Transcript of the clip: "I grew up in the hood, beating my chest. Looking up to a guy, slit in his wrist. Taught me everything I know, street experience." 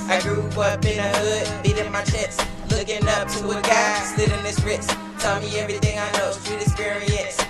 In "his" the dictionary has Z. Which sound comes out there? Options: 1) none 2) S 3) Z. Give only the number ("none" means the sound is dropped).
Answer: 2